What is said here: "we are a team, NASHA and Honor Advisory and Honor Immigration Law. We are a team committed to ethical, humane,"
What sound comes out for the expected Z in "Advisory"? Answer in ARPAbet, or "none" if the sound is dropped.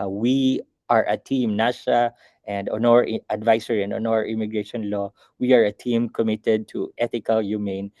S